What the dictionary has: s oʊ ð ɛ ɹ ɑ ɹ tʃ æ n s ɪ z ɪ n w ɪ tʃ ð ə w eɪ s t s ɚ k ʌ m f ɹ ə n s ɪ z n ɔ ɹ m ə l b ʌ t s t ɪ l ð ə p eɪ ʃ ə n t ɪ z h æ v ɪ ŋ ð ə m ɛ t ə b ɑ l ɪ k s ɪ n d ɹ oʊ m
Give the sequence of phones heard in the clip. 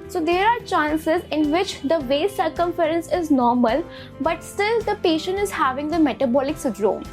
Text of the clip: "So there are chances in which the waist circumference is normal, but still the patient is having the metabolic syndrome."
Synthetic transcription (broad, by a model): s oʊ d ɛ ɹ ɑ ɹ tʃ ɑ n s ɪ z ɪ n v ɪ tʃ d ə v eɪ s s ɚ k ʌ m f ɹ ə n s ɪ z n ɔ ɹ m ə l b ʌ t s t ɪ l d ə p eɪ ʃ ə n t ɪ z h æ v ɪ ŋ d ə m ɛ t ə b ɑ l ɪ k s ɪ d ɹ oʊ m